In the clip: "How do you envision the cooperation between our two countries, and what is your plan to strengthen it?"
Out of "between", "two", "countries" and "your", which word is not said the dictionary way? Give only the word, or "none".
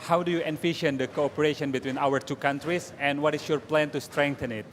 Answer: countries